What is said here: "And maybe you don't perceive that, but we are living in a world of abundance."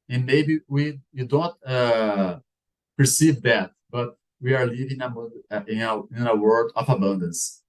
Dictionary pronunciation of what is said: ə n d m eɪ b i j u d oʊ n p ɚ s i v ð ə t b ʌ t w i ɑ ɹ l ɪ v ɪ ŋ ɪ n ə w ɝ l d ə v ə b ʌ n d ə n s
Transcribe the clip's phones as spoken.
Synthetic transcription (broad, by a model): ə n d m eɪ b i j u d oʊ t p ɚ s i v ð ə t b ʌ t w i ɑ ɹ l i v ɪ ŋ ɪ n ə w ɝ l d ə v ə b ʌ n d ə n s